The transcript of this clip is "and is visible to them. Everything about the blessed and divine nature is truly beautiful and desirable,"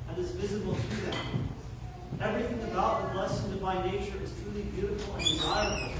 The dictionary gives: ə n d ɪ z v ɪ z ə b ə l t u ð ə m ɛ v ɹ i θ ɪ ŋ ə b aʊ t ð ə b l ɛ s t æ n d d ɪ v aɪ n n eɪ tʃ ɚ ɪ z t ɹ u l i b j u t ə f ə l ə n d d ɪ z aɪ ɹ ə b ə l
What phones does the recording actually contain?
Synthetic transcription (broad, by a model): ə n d ɪ z v ɪ z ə b l t u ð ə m ɛ v ɹ i θ ɪ ŋ ə b aʊ t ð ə l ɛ s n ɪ b aɪ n n eɪ tʃ ɚ ɪ z t ɹ u l i b j u t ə f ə l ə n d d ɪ z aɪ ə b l